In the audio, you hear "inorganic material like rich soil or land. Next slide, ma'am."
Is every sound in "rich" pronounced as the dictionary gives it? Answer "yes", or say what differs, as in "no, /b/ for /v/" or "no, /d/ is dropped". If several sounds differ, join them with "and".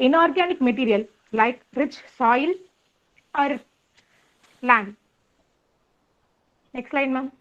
yes